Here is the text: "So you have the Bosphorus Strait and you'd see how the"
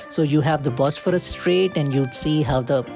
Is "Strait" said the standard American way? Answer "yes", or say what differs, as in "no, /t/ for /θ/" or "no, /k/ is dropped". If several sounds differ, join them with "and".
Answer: yes